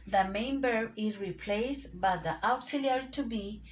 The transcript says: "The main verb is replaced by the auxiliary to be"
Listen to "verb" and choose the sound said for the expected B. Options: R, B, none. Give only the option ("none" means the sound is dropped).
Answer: none